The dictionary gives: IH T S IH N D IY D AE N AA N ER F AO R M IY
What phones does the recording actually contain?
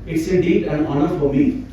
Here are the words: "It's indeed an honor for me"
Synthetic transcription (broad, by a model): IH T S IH D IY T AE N AA N ER F AO R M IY